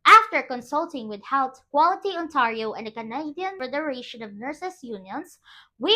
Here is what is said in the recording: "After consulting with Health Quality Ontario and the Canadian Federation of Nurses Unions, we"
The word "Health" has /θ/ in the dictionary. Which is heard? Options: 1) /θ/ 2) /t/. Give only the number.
2